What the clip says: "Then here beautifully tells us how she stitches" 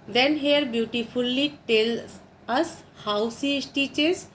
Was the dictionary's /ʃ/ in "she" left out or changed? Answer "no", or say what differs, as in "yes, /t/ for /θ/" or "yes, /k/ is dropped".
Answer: yes, /s/ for /ʃ/